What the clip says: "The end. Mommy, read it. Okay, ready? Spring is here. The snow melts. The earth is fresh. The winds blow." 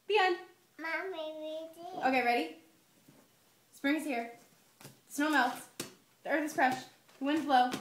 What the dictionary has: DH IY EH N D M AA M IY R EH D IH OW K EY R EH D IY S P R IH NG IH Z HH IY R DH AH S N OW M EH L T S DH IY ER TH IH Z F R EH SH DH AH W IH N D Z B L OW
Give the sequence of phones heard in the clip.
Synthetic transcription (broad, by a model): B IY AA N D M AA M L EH IH OW K EY R EH D IY S P R IH NG IH Z HH IY R DH AH S N OW M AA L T DH IY ER TH IH Z F R EH SH DH AH W IH N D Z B L OW